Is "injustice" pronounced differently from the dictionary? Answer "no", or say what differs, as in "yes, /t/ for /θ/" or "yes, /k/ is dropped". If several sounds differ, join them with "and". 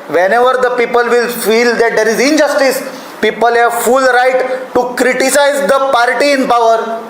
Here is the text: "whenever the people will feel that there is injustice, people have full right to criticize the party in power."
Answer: no